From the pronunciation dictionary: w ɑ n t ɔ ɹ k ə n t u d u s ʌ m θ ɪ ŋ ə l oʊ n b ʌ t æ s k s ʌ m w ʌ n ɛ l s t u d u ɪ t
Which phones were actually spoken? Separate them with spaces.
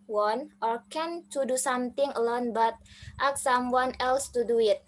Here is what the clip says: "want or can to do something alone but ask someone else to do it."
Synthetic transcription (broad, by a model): w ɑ n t ɔ ɹ k ə n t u d u s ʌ m t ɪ ŋ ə l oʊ n b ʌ t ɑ k s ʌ m w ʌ n ɛ l s t u d u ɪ t